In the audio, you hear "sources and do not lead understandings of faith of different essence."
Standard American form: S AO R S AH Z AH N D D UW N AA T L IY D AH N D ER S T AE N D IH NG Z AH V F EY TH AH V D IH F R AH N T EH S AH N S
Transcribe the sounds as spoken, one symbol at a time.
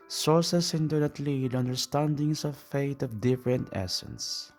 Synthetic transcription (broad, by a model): S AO R S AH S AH N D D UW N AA T L IY D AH N D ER S T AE N D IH NG S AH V F EY T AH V D IH F R AH N T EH S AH N S